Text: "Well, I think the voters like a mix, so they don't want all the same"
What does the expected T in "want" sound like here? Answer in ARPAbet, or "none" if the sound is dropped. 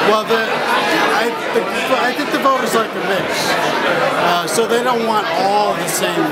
T